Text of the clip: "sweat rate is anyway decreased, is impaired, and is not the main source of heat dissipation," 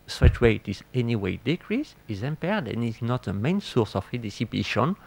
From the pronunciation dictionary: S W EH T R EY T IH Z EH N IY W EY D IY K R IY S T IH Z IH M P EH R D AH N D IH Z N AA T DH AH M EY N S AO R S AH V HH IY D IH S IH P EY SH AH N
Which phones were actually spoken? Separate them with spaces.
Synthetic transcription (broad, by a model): S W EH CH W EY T IH Z EH N IY W EY D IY K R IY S IH Z IH M P EH R D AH N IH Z N AA T DH AH M EY N S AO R S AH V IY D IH S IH P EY SH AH N